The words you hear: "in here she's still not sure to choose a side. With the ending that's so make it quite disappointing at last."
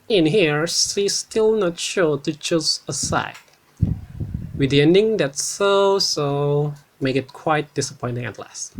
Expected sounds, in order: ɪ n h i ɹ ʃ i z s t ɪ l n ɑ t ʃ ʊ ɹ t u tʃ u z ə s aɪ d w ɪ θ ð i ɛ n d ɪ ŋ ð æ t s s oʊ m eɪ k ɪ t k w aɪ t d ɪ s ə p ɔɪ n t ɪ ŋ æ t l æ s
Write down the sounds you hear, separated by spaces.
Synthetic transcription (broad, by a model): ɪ n h i ɹ s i s t ɪ l n ɑ t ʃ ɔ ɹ t u tʃ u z ə s aɪ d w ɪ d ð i ɛ n d ɪ ŋ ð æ t s s oʊ m eɪ k ɪ t k w aɪ t d ɪ s ə p ɔɪ n t ɪ ŋ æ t l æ s